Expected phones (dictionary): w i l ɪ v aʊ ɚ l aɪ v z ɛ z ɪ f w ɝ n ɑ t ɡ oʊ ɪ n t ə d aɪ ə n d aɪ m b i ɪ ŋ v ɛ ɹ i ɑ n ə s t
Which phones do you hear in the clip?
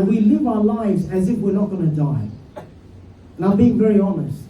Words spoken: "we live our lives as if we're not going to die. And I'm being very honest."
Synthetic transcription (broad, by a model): w i l ɪ v aʊ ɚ l aɪ v z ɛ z ɪ f w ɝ n ɑ t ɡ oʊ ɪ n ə d aɪ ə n aɪ m b i ɪ ŋ v ɛ ɹ i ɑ n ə s t